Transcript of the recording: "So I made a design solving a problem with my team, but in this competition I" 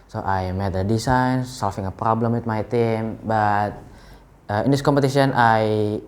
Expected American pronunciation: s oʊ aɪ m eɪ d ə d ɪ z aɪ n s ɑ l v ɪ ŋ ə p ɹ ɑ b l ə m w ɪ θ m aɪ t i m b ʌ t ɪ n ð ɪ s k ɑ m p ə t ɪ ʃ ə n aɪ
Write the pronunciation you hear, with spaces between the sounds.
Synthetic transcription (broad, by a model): s oʊ aɪ m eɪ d ə d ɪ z aɪ n s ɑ l f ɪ ŋ ə p ɹ ɑ b l ə m w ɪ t m aɪ t i m b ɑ t ɪ n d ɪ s k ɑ m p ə t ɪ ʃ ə n aɪ